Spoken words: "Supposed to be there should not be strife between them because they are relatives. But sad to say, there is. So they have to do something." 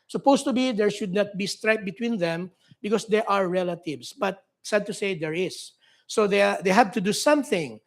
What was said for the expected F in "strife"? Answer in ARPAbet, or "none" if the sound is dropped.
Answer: P